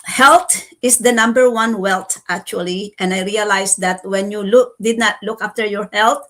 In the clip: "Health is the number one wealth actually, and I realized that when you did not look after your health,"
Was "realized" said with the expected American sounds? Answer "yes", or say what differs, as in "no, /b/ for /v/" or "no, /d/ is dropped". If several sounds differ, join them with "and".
no, /s/ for /z/